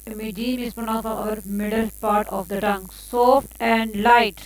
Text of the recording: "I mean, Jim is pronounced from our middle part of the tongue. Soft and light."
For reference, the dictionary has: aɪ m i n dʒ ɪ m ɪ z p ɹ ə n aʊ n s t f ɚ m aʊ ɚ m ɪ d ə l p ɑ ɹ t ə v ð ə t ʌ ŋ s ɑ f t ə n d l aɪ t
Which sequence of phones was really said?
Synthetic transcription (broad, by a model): m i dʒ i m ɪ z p ə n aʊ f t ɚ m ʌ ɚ m ɪ d ə l p ɑ ɹ t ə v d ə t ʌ ŋ s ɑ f t ə n d l aɪ t